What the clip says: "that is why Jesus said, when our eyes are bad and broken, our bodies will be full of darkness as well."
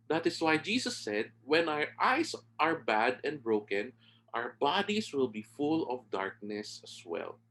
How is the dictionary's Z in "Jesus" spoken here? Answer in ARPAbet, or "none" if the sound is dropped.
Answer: S